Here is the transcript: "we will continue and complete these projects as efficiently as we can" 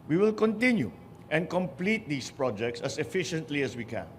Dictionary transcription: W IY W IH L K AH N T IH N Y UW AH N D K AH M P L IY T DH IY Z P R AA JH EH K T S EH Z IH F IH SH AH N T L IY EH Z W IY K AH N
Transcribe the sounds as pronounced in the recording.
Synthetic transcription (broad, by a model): W IY W IH L K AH N T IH N Y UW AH N K AH M P L IY T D IY S P R AA JH EH K T S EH S IH F IH SH AH N T L IY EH S W IY K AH N